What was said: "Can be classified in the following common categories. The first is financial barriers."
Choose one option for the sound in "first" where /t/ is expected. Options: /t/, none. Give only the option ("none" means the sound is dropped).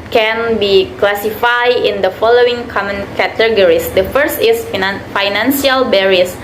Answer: /t/